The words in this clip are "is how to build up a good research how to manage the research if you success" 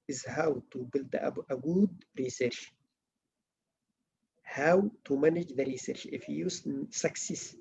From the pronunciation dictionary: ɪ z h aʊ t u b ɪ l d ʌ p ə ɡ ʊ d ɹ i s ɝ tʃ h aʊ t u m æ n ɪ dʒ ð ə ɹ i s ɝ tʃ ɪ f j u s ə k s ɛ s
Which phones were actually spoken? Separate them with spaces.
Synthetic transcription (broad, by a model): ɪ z h aʊ t u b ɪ l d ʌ b ə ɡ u d ɹ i s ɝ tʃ h aʊ t u m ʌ n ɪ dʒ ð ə ɹ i s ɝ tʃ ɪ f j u s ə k s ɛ s